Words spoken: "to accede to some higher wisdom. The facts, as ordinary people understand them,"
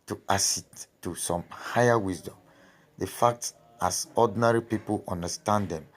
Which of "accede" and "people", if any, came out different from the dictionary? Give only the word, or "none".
accede